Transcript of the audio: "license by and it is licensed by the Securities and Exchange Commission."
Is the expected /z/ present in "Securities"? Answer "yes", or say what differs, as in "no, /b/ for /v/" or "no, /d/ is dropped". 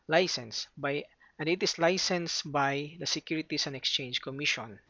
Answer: no, /s/ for /z/